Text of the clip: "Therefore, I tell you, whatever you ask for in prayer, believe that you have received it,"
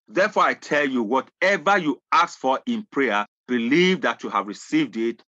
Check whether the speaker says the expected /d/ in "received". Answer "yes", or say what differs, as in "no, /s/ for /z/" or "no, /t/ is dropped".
yes